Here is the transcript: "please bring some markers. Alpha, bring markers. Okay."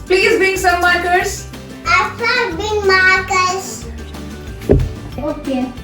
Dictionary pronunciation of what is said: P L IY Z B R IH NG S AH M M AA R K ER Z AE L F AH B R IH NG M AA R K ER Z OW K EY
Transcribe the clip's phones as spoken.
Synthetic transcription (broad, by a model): P L IY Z B R IH NG S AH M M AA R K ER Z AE F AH B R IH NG M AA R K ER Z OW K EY